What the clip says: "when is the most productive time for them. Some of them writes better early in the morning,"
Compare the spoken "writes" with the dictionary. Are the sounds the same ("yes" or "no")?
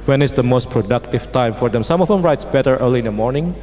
yes